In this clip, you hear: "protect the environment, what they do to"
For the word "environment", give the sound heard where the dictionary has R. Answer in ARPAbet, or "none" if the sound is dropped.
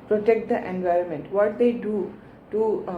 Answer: R